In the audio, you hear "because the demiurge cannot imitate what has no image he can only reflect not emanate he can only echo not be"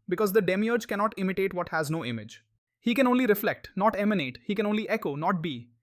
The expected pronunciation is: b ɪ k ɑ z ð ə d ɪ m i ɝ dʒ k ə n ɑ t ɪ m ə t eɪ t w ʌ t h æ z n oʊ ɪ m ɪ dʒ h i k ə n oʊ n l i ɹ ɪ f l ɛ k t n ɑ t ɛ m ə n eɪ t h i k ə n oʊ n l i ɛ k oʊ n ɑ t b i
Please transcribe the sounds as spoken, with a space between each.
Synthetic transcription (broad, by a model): b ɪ k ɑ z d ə d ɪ m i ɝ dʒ k ə n ɑ t ɪ m ə t eɪ t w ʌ t h æ z n oʊ ɪ m ɪ dʒ h i k ə n oʊ n l i ɹ ɪ f l ɛ k t n ɑ t ɛ m ə n eɪ t h i k ə n oʊ n l i ɛ k oʊ n ɑ t b i